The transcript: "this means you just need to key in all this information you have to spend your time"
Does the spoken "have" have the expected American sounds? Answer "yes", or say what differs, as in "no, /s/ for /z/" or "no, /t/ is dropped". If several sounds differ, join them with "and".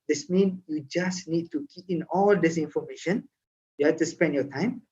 no, /f/ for /v/